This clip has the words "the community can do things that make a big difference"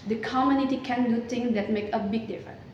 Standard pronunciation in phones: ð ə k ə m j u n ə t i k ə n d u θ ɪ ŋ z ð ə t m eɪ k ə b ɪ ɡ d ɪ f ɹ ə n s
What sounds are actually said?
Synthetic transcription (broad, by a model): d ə k ə m j u n ə t i k ə n d u t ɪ ŋ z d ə t m eɪ k ə b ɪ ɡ d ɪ f ɹ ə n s